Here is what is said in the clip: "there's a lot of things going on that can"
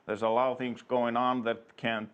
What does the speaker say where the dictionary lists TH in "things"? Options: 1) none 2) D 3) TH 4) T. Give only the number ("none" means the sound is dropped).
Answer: 3